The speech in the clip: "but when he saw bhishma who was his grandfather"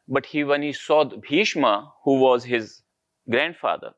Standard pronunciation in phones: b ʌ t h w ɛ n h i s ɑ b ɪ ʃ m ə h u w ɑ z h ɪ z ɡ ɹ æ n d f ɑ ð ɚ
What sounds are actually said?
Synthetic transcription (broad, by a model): b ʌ t h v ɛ n h i s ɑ b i ʃ m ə h u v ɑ z h ɪ z ɡ ɹ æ n d f ɑ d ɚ